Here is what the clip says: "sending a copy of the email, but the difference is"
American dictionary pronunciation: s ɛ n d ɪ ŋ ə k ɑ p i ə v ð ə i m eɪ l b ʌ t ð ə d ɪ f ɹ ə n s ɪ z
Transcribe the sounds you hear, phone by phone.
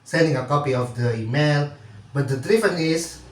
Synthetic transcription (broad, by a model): s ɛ n d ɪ ŋ ə k ɑ p i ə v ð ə i m eɪ l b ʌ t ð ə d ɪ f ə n ɪ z